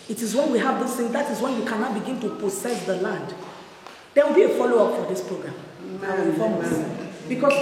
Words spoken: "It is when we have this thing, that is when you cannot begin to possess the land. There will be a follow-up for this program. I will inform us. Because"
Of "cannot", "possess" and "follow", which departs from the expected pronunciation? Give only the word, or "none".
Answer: possess